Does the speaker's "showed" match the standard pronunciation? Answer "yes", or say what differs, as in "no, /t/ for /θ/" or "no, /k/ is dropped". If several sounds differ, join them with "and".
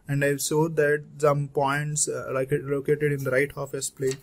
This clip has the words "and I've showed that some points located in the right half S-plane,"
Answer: no, /s/ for /ʃ/